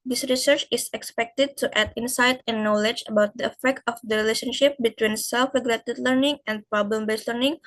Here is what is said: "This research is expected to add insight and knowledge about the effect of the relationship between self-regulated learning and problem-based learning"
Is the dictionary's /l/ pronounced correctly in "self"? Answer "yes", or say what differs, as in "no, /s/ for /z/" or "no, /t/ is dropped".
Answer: yes